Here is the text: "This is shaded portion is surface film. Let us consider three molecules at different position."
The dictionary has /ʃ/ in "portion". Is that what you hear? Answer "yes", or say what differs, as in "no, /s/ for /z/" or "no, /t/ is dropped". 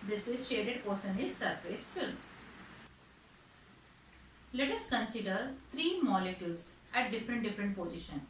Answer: no, /s/ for /ʃ/